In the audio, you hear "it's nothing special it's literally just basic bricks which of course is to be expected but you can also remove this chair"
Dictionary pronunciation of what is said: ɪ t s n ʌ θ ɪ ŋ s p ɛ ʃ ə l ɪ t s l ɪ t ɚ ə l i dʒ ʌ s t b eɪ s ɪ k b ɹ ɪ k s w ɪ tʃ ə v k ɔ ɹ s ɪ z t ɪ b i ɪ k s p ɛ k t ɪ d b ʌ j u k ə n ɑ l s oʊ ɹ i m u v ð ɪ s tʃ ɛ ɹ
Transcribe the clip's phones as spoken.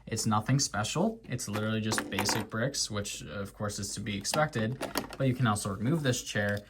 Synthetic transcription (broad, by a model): ɪ t s n ʌ θ ɪ ŋ s p ɛ ʃ l ɪ t s l ɪ t ɚ l i dʒ ʌ s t b eɪ s ɪ k b ɹ ɪ k s w ɪ tʃ ə v k ɔ ɹ s ɪ z t ɪ b i ɪ k s p ɛ k t ɪ d b ʌ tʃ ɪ k ə n ɑ l s oʊ ɹ i m u v ð ɪ s tʃ ɛ ɹ